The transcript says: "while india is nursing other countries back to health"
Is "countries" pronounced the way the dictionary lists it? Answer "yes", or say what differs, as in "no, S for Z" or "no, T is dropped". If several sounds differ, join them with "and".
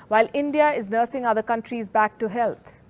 yes